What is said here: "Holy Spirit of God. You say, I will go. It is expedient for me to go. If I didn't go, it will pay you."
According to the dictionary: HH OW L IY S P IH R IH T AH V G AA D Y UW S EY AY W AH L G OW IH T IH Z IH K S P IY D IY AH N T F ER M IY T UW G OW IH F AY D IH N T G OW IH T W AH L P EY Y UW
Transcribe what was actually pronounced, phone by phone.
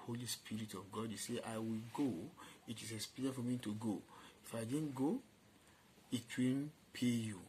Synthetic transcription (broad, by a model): HH OW L IY S P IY R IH T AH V G AA D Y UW S EY AY W AH L G OW IH T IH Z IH S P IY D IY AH F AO M IY T UW G OW IH F AY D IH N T G OW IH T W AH N P EY Y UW